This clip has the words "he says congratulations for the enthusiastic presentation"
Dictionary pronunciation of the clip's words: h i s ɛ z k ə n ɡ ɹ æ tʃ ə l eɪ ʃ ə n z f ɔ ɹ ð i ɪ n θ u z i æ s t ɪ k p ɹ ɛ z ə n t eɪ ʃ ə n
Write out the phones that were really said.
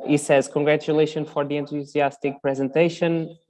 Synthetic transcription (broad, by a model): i s ɛ z k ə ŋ ɡ ɹ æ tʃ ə l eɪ ʃ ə n f ɔ ɹ ð i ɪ n t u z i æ s t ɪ k p ɹ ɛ z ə n t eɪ ʃ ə n